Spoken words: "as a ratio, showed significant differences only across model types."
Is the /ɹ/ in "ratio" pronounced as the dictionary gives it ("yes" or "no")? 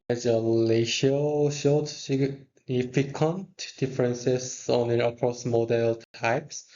no